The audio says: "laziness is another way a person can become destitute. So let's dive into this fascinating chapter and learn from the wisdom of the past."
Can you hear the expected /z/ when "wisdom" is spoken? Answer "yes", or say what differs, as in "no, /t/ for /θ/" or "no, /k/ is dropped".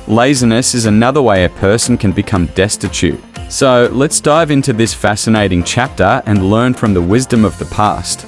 yes